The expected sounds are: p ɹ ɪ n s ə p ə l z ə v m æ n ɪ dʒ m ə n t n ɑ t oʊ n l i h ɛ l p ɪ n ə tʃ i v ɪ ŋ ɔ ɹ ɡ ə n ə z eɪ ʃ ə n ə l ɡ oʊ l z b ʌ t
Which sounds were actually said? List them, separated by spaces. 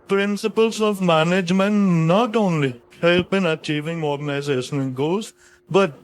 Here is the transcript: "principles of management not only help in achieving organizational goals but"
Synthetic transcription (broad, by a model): p ɹ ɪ n s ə p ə l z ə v m æ n ɪ dʒ m ə n t n ɑ t oʊ n l i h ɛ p ɪ n ə tʃ i v ɪ ŋ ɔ ɹ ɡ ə n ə z eɪ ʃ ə n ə n ɡ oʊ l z b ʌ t